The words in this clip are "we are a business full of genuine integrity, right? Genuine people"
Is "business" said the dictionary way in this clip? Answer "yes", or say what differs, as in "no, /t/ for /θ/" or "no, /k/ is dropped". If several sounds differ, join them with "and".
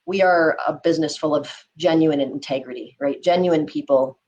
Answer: yes